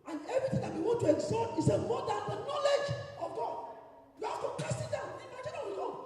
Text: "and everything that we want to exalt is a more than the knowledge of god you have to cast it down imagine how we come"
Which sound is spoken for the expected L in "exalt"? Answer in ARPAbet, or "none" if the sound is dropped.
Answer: none